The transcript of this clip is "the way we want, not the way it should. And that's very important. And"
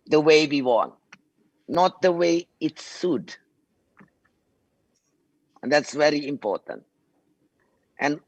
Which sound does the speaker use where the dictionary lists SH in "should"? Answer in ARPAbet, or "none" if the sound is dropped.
S